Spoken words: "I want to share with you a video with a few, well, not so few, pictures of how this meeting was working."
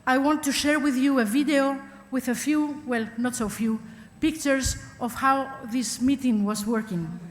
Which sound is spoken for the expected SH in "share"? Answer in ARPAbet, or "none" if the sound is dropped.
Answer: SH